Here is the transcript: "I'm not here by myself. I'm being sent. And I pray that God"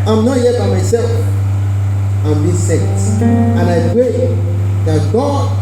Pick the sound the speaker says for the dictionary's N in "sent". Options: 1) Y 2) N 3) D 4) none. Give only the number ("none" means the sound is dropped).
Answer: 4